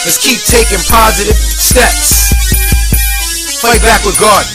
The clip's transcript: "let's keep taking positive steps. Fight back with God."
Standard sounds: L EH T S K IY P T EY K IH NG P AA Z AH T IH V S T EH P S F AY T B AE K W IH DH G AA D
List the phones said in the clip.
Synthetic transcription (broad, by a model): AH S K IY P T EY K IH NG P AA Z AH T IH V S T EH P S F AY T B AE K W IH DH G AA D